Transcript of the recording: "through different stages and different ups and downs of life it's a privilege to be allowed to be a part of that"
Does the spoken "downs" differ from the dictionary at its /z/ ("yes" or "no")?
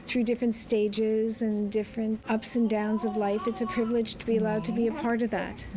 no